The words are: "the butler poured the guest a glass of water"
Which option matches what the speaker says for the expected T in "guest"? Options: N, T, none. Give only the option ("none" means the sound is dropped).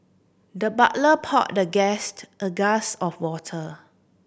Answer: T